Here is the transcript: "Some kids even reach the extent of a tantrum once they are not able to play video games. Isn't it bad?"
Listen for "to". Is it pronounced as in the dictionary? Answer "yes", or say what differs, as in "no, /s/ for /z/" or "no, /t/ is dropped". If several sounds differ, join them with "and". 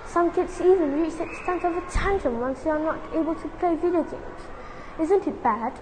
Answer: yes